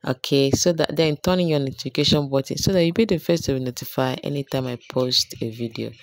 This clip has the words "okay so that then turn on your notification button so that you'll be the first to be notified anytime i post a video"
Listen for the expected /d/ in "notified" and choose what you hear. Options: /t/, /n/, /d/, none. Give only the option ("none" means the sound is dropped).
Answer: none